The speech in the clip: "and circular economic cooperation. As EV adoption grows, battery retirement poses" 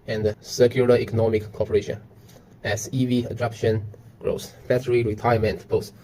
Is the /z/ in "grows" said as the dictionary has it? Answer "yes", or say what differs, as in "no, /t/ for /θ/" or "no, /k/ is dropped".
no, /s/ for /z/